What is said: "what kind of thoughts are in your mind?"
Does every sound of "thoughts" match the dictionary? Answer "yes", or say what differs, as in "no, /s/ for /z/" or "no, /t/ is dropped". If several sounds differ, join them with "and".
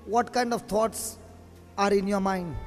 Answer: no, /t/ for /θ/